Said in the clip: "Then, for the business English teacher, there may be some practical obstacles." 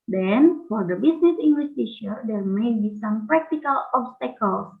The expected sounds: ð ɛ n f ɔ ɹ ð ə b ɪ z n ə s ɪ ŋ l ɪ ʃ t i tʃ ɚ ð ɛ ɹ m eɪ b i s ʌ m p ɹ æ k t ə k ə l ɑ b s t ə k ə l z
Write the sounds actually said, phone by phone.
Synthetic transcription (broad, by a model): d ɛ n f ɔ ɹ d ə b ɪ s n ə s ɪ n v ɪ s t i ʃ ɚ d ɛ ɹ m eɪ b i s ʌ m p ɹ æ k t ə k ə l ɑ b s t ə k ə l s